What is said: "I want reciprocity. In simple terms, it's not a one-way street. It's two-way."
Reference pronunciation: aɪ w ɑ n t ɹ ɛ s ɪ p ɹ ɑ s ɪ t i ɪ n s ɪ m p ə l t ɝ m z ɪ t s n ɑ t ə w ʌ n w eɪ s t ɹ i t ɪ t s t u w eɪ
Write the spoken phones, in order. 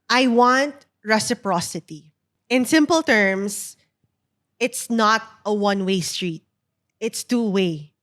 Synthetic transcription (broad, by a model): aɪ w ɑ n t ɹ ɛ s ɪ p ɹ ɑ s ɪ t i ɪ n s ɪ m p ə l t ɝ m s ɪ t s n ɑ t ə w ʌ n w eɪ s t ɹ i t ɪ t s t u w eɪ